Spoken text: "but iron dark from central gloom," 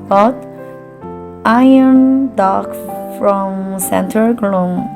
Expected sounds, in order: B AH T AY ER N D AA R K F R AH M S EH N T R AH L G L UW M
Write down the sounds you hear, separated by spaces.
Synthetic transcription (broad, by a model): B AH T AY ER N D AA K F R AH M S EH N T AH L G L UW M